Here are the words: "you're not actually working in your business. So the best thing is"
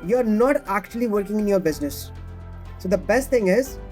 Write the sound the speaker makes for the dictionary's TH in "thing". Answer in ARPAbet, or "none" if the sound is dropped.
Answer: T